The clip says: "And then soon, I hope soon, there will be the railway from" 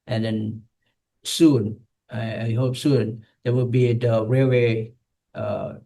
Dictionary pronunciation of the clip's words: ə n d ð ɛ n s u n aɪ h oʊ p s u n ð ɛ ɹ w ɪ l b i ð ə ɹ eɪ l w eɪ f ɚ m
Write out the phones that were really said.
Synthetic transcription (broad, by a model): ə n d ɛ n s u n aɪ h oʊ p s u n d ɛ w ɪ l b i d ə ɹ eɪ w eɪ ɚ